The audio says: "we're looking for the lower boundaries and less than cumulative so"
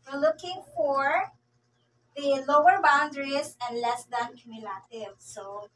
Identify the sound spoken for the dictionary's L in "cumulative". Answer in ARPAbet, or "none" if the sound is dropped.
L